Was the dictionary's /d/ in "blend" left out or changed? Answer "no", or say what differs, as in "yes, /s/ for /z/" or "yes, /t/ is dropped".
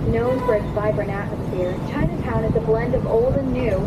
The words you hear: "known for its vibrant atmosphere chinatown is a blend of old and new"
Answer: no